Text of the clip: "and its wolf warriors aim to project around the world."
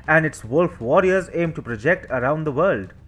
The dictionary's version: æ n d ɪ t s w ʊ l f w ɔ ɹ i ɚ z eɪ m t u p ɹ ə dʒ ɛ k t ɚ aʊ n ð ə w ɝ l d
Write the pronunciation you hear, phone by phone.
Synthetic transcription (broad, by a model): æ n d ɪ t s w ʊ l f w ɔ ɹ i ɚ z eɪ m t u p ɹ ə dʒ ɛ k t ɚ aʊ n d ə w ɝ l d